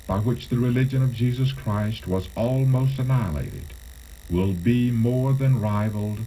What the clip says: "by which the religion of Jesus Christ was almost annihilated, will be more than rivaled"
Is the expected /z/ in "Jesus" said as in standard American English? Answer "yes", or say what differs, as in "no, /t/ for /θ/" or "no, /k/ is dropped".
yes